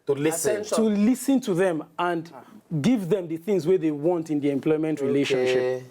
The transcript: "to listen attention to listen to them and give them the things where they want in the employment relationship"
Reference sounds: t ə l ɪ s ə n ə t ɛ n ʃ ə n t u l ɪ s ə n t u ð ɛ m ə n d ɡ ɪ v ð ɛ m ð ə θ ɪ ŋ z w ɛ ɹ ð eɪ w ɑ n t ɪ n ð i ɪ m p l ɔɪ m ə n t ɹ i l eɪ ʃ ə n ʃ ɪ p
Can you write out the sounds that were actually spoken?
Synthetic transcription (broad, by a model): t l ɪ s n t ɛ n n t u l ɪ s ə n t u ð ɛ m ə n d ɡ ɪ v ð ɛ m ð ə θ ɪ ŋ z w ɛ ð eɪ w ɑ n t ɪ n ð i ɪ m p l ɔɪ m ə n t ɹ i l eɪ ʃ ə n ʃ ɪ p